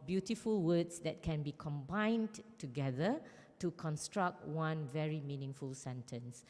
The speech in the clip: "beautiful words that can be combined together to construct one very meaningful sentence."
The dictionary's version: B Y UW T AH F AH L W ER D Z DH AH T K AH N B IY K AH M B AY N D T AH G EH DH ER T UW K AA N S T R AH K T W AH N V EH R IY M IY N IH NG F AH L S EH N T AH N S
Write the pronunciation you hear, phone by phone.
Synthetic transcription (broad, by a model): B Y UW T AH F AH L W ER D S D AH T K AH N B IY K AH M B AY N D T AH G EH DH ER T UW K AA N S T R AH K T W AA N V EH R IY M IY N IH NG F AH L S EH N T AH N S